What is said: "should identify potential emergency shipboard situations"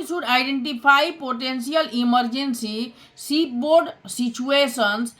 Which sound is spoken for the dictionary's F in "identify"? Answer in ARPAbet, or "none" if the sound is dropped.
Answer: P